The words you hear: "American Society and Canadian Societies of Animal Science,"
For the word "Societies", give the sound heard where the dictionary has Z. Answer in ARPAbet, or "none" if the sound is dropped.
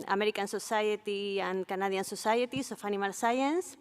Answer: S